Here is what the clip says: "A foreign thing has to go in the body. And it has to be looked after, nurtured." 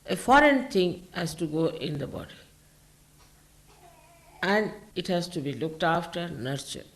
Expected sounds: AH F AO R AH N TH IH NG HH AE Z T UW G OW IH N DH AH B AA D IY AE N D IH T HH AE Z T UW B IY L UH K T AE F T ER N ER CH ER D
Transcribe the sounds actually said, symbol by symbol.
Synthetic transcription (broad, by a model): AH F AO R AH N T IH NG HH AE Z T UW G OW IH N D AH B AA D IY AE N D IH T HH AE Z T UW B IY L UH K T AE F T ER N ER CH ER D